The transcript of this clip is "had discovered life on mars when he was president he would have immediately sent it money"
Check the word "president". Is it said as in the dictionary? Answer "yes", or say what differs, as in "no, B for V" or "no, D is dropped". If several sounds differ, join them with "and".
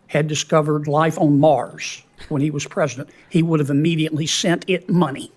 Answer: yes